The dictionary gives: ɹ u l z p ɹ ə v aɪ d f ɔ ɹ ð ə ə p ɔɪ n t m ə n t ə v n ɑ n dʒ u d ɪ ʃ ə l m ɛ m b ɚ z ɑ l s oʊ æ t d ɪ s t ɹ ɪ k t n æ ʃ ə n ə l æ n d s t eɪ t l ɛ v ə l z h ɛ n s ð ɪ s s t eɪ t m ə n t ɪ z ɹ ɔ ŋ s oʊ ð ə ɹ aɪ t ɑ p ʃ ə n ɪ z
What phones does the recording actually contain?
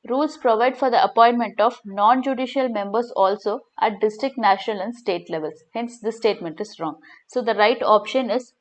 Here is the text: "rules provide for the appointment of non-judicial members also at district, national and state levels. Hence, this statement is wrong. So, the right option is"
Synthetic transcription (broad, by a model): ɹ u l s p ɹ ə v aɪ d f ɔ ɹ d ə ə p ɔɪ n t m ə n t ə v n ɑ n dʒ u d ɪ ʃ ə l m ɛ m b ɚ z ɑ l s oʊ æ t d ɪ s t ɹ ɪ k t n æ ʃ ə n ə l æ n d s t eɪ t l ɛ v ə l s h ɛ n s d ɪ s s t eɪ t m ə n t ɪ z ɹ ɔ ŋ s oʊ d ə ɹ aɪ t ɑ p ʃ ə n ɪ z